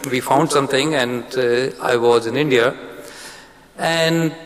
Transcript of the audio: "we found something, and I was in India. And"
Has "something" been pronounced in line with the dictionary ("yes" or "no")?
no